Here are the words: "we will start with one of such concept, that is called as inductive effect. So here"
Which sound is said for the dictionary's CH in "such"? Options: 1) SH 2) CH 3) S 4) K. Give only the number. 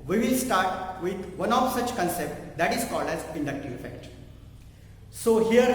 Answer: 2